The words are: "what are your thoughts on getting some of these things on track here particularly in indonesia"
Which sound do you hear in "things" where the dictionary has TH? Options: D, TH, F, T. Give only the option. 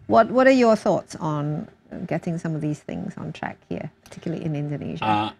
TH